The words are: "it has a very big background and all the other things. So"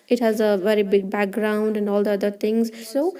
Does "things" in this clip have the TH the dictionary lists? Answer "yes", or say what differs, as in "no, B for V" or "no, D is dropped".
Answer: no, T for TH